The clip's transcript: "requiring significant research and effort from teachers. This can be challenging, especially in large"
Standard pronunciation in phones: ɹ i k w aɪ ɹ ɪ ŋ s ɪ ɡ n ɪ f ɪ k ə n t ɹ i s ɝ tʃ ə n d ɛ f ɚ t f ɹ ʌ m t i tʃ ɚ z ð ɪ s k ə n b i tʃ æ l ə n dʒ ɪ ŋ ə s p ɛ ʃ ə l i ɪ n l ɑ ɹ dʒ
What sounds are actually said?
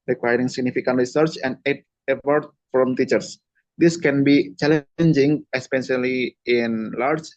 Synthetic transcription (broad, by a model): ɹ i k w aɪ ɹ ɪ ŋ s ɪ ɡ n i f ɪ k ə n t ɹ i s ɝ tʃ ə n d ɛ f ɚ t f ɹ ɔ m t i tʃ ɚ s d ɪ s k ə n b i tʃ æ l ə n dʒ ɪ ŋ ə s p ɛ s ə l i ɪ n l ɑ ɹ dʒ